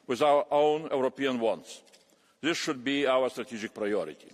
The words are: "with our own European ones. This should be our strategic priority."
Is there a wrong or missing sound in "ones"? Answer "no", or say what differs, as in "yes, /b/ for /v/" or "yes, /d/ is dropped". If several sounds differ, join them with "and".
yes, /s/ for /z/